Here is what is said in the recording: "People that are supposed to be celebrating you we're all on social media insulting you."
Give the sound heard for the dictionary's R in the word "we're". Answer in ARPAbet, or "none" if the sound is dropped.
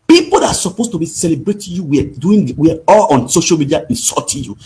W